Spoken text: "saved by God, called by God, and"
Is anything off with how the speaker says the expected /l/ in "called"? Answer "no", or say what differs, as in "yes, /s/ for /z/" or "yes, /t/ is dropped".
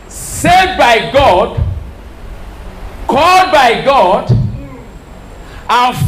no